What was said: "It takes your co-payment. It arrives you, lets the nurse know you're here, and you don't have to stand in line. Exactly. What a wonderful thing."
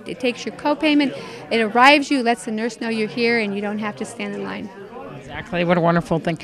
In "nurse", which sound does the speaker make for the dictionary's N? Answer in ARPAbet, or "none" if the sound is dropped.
N